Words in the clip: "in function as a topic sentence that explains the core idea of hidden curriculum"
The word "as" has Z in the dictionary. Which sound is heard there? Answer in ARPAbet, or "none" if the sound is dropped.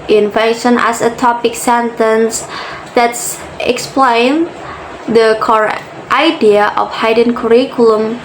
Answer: S